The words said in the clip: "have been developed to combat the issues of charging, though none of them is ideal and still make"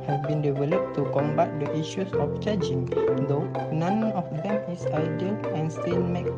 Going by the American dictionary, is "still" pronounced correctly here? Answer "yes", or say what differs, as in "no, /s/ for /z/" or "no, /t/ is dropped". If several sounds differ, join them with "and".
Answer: no, /n/ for /l/